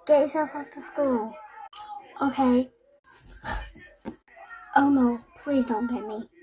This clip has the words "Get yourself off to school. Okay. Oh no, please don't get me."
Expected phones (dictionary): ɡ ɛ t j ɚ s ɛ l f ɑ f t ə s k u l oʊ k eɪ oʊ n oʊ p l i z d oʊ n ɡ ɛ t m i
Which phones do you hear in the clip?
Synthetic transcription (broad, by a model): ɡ ɛ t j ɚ s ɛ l f ɑ f t ə s k u l oʊ k eɪ oʊ n oʊ p l i z d oʊ n ɡ ɛ t m i